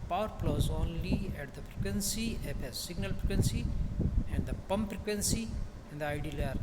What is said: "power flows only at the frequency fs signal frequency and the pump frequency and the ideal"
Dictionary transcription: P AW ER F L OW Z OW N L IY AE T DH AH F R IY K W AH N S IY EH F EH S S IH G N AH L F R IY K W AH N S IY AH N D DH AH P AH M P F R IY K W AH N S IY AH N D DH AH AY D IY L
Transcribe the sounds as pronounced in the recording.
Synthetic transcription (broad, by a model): P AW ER P L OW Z OW N L IY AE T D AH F R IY K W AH N S IY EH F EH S S IH G N AH L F R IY K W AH N S IY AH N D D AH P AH M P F R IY K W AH N S IY AH N D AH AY D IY L